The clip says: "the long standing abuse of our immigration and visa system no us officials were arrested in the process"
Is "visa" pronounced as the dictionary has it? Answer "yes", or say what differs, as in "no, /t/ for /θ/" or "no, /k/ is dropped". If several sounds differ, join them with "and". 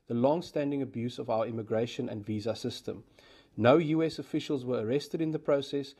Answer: yes